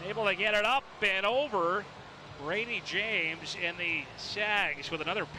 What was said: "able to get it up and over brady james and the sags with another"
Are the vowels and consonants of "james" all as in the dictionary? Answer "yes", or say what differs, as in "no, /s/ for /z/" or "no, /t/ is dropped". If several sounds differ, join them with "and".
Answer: yes